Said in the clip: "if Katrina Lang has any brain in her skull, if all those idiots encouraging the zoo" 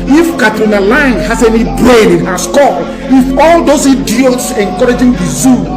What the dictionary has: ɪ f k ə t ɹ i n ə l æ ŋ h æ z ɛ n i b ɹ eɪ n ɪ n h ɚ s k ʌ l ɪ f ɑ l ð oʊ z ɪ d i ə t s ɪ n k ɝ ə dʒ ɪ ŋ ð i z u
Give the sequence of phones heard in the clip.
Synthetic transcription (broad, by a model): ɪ f k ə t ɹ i n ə l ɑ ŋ h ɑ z ɛ n i b ɹ eɪ n ɪ n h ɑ s k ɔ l ɪ f ɑ l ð oʊ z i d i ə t s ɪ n k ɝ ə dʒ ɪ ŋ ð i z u